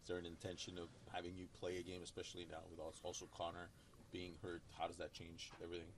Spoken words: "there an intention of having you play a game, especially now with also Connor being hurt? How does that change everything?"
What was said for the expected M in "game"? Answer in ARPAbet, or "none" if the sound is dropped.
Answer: M